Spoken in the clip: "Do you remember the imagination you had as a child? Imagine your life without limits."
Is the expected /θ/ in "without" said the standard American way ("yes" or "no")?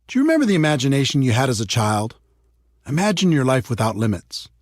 yes